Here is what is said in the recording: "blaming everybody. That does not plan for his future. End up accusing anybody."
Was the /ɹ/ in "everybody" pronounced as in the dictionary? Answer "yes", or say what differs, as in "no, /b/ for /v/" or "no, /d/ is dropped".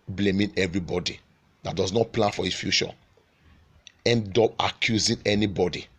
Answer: yes